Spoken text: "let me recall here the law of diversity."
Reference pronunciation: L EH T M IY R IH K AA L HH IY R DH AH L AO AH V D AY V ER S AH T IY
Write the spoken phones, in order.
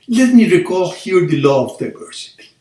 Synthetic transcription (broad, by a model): L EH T M IY R IH K AA L HH IY R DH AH L AO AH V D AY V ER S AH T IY